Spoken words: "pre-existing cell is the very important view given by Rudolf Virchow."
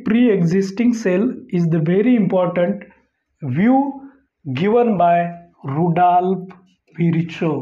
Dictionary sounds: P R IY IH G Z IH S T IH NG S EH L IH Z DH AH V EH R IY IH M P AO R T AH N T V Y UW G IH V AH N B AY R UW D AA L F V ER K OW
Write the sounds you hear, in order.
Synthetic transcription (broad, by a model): P R IY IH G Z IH S T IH NG S EH L IH Z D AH V EH R IY IH M P AO R T AH N T V Y UW G IH V AH N B AY R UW D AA L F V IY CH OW